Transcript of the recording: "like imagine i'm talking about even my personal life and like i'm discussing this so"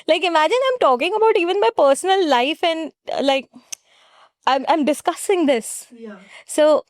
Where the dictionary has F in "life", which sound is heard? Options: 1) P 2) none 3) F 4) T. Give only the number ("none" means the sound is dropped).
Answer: 3